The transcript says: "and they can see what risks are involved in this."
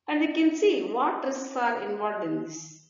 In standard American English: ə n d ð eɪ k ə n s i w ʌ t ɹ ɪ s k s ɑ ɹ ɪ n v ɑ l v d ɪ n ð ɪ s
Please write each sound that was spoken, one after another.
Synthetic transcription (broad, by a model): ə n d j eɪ k ə n s i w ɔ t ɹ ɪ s s ɑ ɹ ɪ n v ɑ l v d ɪ n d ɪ s